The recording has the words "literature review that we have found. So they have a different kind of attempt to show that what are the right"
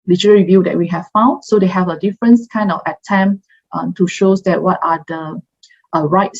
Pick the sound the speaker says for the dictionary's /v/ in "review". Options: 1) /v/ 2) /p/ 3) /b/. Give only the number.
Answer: 1